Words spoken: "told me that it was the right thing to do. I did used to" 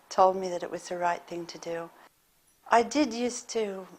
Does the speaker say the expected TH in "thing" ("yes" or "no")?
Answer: yes